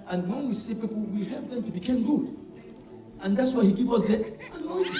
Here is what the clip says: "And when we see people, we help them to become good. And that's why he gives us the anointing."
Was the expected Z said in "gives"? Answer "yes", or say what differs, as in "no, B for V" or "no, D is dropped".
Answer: no, Z is dropped